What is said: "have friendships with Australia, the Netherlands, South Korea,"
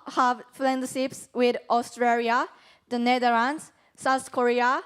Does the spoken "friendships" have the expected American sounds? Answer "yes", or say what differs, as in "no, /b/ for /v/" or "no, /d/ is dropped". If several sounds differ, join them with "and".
no, /l/ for /ɹ/